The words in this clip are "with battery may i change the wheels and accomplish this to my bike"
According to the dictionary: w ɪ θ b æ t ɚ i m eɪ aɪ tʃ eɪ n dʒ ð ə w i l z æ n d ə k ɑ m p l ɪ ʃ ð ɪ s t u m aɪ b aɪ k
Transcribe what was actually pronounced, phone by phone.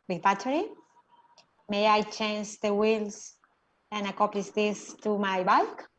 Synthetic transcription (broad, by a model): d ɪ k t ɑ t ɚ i m eɪ aɪ tʃ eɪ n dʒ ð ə w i l s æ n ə k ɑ m p l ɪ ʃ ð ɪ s t u m aɪ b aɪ k